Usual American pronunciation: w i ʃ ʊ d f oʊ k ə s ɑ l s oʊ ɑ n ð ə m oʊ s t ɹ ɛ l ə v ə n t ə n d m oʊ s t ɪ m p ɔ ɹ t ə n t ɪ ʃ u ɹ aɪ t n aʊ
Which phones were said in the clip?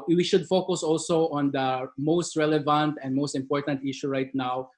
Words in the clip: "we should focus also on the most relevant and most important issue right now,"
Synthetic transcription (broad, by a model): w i ʃ ʊ d f oʊ k ə s ɑ l s oʊ ɑ n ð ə m oʊ s t ɹ ɛ l ə v ə n t ə n d m oʊ s t ɪ m p ɔ ɹ t ə n t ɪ ʃ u ɹ aɪ t n aʊ